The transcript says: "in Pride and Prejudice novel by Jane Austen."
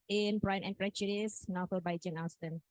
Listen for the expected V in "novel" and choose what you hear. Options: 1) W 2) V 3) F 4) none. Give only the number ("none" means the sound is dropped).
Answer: 3